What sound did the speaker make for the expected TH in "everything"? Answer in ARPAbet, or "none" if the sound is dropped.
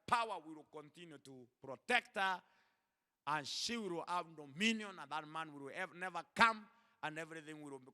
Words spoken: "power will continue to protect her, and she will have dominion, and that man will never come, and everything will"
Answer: TH